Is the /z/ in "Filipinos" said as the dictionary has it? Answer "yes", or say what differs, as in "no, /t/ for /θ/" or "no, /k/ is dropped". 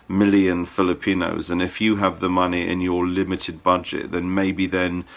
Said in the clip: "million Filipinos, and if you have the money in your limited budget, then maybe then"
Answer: yes